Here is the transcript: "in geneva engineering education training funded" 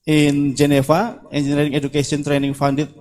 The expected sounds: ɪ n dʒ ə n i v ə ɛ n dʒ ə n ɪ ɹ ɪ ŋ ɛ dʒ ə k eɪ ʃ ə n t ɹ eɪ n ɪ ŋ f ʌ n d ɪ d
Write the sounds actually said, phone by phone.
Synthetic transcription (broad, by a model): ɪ n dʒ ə n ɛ f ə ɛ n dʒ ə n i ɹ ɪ ŋ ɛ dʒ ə k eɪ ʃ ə n t ɹ eɪ n ɪ ŋ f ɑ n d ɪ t